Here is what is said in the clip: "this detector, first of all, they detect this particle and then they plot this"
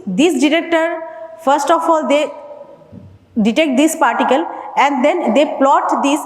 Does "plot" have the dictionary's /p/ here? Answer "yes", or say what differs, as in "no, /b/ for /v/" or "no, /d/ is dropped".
yes